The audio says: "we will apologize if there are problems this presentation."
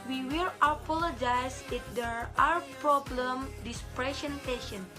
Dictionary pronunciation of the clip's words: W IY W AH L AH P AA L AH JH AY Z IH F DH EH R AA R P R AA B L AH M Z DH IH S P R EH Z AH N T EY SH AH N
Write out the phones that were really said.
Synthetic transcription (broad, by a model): W IY W AH L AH P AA L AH JH AY S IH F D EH R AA W P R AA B L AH M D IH S P R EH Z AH N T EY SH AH N